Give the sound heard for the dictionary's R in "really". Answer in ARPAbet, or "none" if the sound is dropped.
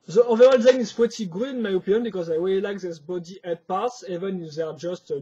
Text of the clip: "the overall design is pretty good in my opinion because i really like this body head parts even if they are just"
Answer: W